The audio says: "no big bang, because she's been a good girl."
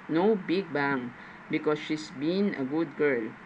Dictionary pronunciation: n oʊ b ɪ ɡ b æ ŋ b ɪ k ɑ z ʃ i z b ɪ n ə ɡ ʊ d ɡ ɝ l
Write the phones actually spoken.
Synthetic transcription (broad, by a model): n oʊ b ɪ ɡ b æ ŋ b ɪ k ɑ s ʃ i s b ɪ n ə ɡ ʊ d ɡ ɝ l